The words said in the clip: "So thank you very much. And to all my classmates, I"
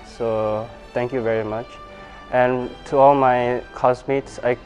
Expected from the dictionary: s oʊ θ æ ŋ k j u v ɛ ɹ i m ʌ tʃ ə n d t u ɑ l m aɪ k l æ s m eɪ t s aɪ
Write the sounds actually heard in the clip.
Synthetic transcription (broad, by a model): s oʊ t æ ŋ k j u v ɛ ɹ i m ʌ tʃ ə n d t u ɑ l m aɪ k ɔ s m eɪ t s aɪ